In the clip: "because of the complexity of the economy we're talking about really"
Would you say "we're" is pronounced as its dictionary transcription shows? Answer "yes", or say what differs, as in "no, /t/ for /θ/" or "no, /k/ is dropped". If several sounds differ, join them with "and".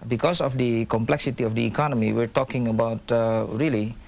yes